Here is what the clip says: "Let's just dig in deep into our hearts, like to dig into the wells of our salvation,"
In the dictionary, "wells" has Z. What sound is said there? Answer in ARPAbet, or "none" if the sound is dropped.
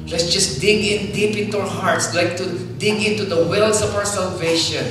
S